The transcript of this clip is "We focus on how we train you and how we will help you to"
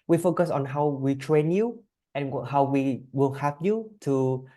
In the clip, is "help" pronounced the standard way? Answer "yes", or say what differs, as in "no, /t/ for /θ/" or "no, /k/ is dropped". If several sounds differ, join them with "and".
no, /l/ is dropped